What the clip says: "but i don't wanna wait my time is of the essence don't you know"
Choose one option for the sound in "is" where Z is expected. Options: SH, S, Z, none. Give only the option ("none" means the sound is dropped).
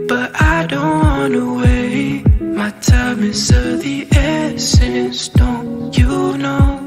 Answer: S